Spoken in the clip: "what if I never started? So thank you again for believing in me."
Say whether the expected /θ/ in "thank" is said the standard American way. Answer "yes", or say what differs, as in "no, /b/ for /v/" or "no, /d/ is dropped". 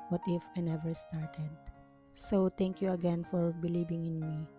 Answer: no, /t/ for /θ/